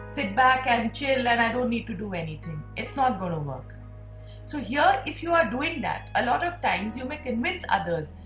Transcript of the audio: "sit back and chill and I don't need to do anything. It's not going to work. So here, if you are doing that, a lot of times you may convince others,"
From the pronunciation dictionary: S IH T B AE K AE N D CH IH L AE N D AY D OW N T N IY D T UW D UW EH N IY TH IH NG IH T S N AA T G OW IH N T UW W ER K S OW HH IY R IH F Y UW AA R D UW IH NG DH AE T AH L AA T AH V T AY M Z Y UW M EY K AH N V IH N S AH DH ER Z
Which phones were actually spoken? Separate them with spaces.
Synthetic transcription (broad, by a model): S IH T B AE K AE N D CH IH L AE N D AY D OW N T N IY D T UW D UW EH N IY T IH NG IH T S N AA T G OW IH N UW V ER K S OW HH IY R IH F Y UW AA R D UW IH NG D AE T AH L AA T AH V T AY M Z Y UW M EY K AH N V IH N S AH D ER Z